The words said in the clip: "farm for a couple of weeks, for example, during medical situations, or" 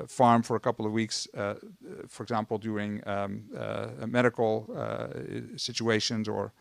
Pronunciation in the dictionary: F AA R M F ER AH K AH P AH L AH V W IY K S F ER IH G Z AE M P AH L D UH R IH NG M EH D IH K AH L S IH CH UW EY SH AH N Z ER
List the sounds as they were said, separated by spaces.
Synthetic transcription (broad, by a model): F AA R M F ER AH K AH P L AH V W IY K S F ER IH G Z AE M P L D UH R IH NG M EH D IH K L S IH CH UW EY SH AH N Z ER